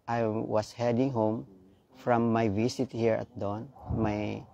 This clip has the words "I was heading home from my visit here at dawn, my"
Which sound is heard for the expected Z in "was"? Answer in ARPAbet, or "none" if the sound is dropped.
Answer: S